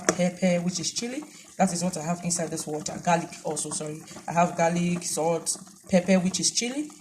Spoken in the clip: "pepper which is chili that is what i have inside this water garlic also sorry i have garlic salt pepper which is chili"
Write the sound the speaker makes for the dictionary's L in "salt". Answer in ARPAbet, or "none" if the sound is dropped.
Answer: none